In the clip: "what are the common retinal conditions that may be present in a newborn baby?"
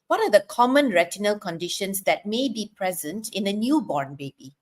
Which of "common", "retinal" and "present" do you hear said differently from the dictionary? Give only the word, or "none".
none